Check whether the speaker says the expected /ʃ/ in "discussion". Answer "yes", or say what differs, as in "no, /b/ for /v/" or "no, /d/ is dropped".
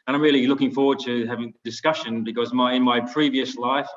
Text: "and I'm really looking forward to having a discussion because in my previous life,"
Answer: yes